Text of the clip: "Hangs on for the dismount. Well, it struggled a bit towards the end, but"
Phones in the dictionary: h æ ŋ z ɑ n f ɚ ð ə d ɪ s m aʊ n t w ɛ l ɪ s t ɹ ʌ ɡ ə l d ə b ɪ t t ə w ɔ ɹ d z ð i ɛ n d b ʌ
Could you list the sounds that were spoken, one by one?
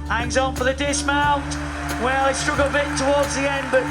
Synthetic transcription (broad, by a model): h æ ŋ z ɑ n f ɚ ð ə d ɪ s m aʊ n t w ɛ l ɪ s t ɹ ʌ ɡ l ə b ɪ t t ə w ɔ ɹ d z ð i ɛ n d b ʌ